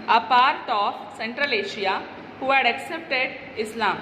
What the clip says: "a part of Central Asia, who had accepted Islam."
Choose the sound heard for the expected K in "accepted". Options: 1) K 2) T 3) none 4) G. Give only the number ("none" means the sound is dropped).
1